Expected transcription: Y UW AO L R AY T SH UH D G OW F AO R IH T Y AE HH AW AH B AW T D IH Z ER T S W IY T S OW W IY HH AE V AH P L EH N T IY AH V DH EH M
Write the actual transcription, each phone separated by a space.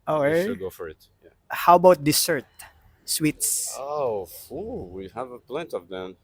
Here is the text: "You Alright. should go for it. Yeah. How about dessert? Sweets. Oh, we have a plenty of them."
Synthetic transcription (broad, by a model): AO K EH G OW F AO R IH T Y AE HH AW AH B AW T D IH S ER T S W IY T S OW W IY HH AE V AH P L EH N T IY AH V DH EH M